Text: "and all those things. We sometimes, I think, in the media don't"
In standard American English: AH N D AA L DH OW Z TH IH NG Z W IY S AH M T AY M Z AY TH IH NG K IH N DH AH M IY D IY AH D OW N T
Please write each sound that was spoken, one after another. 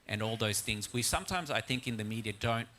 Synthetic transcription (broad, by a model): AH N AA L DH OW Z TH IH NG Z W IY S AH M T AY M Z AY TH IH NG K IH N DH AH M IY D IY AH D OW N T